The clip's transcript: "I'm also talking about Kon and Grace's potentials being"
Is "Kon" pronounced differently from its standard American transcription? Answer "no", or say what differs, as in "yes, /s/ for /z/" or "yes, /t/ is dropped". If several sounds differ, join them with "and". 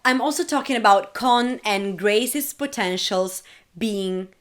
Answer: no